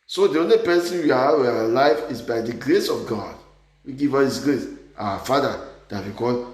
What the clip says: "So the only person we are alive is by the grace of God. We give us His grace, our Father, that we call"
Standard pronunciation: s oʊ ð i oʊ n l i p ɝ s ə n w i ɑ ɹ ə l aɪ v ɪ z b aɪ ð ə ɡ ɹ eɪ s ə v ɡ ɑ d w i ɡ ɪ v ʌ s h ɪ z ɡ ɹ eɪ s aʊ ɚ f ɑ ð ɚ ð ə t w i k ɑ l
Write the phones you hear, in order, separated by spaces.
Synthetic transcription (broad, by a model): s oʊ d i oʊ n l i p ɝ s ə n w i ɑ w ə l aɪ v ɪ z b aɪ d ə ɡ ɹ eɪ s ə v ɡ ɑ d w i ɡ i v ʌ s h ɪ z ɡ ɹ eɪ s aʊ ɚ f ɑ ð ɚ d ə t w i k ɑ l